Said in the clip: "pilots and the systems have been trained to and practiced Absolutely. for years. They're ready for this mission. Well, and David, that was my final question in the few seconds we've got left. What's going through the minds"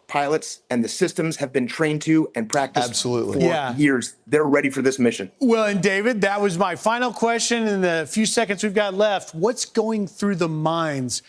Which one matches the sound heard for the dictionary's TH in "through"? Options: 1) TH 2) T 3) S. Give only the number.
1